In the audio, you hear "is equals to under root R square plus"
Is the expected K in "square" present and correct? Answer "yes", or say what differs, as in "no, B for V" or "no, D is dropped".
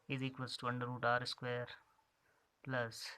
yes